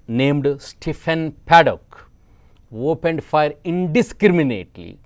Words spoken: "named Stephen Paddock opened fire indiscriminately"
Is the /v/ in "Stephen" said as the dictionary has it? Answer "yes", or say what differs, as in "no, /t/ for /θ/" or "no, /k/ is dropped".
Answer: no, /f/ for /v/